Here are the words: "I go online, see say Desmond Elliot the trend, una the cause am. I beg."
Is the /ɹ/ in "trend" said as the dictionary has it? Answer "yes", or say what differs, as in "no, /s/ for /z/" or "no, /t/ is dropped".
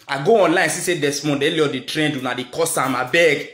yes